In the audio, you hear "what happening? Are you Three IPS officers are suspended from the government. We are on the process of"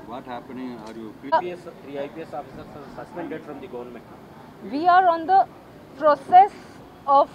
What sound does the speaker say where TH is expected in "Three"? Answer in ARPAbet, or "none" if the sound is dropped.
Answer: S